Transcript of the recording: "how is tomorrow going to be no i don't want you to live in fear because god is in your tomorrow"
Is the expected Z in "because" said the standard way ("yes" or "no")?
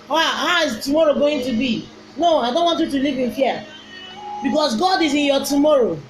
no